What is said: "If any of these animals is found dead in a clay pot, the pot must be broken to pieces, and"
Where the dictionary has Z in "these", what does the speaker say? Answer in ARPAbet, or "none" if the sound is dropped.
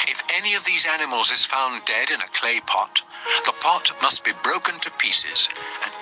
Z